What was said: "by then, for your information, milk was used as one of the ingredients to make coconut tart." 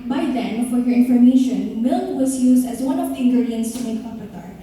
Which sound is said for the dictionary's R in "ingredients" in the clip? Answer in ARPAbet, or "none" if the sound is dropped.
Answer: none